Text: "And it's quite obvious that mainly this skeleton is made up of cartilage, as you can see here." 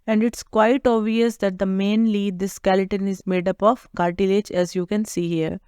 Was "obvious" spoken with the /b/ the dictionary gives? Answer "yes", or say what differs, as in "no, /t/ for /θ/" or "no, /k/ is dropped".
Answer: no, /b/ is dropped